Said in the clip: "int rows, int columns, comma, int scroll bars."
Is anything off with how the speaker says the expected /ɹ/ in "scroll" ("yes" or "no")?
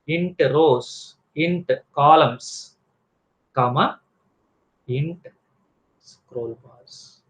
no